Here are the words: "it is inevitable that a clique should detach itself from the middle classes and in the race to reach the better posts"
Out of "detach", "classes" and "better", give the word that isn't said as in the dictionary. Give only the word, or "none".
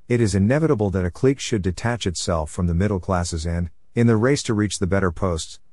none